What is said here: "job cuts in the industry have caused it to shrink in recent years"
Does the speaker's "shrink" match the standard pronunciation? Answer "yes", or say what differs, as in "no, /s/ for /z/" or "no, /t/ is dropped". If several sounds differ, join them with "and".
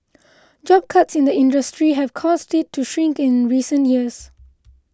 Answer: yes